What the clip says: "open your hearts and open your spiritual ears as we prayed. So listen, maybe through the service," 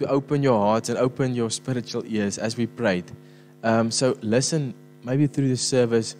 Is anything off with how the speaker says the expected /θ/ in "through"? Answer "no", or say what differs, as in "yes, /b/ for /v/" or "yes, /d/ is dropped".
no